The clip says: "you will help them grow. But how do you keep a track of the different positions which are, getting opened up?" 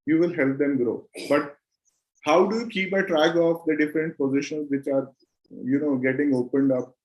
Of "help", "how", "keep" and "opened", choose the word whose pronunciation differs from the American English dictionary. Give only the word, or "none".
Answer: none